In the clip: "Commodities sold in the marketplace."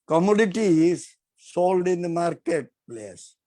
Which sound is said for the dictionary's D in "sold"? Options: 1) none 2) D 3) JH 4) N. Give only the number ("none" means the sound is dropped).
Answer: 2